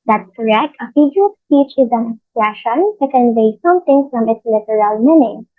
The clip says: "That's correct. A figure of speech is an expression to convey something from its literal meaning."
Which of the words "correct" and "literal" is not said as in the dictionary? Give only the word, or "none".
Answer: none